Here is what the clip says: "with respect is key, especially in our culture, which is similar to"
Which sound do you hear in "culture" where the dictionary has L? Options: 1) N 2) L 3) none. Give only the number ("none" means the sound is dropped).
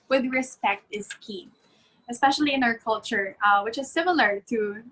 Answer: 2